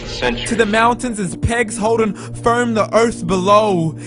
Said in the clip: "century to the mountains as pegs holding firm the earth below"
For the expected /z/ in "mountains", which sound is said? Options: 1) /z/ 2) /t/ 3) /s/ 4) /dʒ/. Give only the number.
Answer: 1